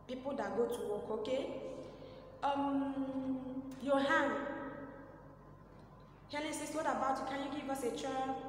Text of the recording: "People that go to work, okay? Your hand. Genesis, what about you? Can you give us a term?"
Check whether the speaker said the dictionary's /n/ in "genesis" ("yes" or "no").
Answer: no